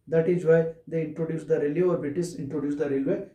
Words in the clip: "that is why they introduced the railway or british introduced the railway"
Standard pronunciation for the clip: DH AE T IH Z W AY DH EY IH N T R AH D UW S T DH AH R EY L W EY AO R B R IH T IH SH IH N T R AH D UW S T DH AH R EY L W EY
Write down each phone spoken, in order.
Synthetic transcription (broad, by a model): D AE T IH Z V AY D EY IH N T R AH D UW S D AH R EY L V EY AO R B IH T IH S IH N T R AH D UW S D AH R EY L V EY